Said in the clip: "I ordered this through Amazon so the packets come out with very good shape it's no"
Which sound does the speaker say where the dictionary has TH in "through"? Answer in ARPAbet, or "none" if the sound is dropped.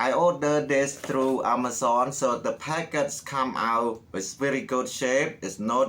T